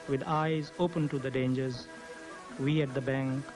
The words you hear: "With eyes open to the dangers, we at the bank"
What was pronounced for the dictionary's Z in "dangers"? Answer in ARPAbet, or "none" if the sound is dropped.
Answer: Z